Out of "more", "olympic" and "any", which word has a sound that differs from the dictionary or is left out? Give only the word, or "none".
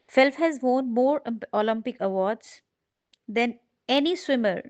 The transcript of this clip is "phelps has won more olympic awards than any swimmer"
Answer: none